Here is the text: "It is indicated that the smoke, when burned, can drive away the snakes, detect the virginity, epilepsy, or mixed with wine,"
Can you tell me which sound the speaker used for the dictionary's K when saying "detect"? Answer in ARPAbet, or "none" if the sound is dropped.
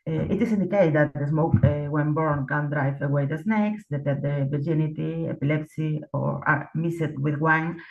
none